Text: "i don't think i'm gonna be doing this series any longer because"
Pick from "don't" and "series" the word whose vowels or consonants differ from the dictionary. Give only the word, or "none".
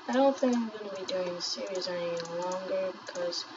none